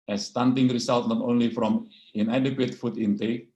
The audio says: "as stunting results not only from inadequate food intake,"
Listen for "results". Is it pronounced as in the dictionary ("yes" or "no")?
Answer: no